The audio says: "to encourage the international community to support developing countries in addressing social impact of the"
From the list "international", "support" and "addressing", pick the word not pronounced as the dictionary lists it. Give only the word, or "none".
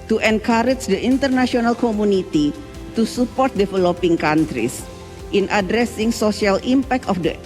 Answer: international